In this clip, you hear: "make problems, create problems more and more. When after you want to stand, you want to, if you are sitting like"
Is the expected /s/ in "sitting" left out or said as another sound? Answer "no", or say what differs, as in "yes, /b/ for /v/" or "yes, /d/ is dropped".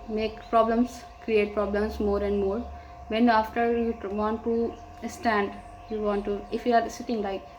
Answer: no